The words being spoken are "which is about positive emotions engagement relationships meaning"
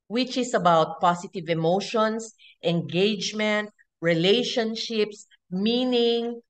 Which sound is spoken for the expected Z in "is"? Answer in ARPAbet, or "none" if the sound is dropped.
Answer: S